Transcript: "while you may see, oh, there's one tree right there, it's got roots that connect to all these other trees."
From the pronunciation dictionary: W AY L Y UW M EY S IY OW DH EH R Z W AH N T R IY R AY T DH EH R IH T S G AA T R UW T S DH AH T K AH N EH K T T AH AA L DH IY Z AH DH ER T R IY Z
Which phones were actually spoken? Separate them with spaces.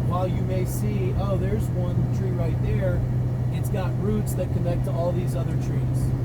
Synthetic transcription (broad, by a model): W AY L Y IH M EY S IY OW DH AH R Z W AH N T R IY R AY T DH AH R IH T S G AA T R UW T S DH AH T K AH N EH K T T AH AA L DH IY Z AH DH ER T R IY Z